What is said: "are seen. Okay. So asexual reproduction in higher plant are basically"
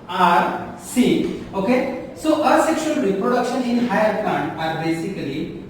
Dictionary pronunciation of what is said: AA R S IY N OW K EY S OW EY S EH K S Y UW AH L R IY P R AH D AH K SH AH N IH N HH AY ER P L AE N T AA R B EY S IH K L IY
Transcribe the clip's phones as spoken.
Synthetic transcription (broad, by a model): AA R S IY OW K EY S OW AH S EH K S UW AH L R IY P R AH D AH K SH AH N IH N HH AY ER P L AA N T AA R B EY S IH K L IY